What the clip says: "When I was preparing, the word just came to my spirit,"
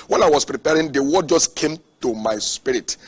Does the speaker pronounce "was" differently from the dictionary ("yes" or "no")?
yes